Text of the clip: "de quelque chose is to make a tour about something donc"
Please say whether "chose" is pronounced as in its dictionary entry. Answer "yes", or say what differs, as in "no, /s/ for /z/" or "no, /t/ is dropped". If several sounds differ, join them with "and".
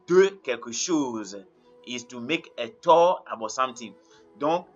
no, /ʃ/ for /tʃ/